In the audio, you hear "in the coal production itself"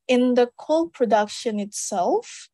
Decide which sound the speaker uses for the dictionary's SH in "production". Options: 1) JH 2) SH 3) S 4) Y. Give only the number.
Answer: 2